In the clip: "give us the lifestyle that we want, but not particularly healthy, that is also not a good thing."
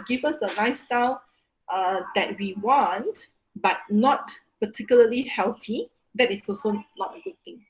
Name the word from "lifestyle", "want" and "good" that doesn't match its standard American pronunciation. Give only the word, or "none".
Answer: lifestyle